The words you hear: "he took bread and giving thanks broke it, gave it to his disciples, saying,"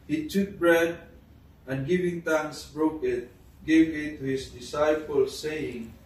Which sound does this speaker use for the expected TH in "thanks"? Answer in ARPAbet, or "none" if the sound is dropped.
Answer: T